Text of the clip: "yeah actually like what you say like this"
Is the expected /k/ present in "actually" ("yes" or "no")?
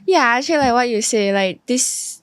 no